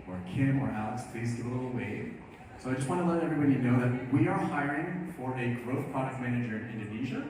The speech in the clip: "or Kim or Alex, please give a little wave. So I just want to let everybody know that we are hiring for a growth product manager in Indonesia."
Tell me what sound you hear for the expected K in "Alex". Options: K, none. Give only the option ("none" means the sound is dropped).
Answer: none